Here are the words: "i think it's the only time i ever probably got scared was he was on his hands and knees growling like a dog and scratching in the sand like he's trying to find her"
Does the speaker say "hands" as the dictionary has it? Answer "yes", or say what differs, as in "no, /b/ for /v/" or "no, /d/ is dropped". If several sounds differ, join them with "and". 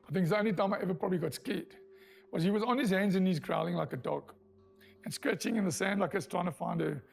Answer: yes